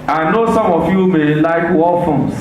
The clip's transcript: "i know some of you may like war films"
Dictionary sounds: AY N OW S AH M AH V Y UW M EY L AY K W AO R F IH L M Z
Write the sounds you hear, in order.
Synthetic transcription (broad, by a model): AY N OW S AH M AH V Y UW M EY L AY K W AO L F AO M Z